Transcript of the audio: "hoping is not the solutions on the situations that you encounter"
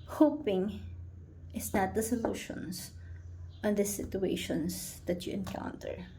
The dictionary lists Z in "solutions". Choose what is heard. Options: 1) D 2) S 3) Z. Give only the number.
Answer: 2